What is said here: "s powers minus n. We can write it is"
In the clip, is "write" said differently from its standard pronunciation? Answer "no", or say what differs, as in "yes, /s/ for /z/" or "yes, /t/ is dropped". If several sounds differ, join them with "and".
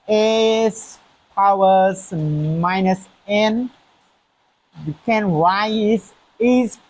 yes, /w/ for /ɹ/ and /t/ is dropped